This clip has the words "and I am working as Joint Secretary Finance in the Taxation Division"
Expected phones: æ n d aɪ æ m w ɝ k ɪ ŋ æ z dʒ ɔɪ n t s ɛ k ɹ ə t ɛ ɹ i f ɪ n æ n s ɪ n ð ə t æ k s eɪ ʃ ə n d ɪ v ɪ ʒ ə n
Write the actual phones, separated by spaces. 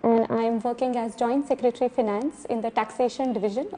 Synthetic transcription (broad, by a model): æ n d aɪ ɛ m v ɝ k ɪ ŋ æ z dʒ ɔɪ n t s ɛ k ɹ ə t ɹ i f ɪ n æ n s ɪ n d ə t æ k s eɪ ʃ ə n d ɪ v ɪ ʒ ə n